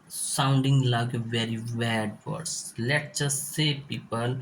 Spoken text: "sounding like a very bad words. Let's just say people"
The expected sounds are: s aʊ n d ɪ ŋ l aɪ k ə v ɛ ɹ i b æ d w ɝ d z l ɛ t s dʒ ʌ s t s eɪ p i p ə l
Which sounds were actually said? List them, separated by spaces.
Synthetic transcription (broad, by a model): s aʊ n d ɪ ŋ l aɪ k v ɛ ɹ i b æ d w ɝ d s l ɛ t dʒ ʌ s s eɪ p i p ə l